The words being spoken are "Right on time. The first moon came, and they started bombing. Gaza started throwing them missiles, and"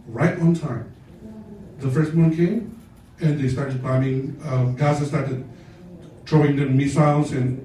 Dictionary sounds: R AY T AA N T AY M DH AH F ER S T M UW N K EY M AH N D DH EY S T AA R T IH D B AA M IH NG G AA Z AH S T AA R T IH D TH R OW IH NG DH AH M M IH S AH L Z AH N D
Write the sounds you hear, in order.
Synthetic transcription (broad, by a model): R AY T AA N T AY M DH AH F ER S T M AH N K EY M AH N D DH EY S T AA R T IH D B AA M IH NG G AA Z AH S T AA R T IH D T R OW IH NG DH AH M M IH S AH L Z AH N